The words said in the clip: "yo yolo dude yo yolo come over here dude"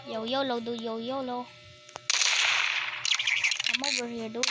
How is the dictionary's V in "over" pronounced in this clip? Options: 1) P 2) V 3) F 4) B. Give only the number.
4